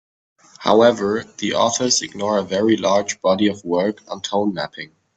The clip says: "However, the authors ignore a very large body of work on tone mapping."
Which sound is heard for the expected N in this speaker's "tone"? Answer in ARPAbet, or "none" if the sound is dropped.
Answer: N